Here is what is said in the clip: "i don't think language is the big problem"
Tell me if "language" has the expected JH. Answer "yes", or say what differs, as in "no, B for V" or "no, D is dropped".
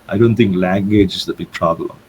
yes